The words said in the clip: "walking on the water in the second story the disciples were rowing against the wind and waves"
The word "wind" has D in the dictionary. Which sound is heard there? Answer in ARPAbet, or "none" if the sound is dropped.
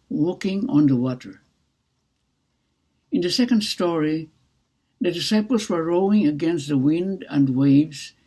D